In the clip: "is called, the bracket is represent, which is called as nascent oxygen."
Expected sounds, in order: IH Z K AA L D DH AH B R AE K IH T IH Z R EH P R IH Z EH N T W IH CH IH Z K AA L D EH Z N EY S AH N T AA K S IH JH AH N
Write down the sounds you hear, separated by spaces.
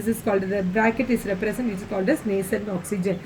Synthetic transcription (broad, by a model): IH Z K AA L D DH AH B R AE K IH T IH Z R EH P R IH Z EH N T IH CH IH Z K AA L D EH S N EY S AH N AA K S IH JH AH N